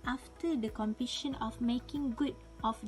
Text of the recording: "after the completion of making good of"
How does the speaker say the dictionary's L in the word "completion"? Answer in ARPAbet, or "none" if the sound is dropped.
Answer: none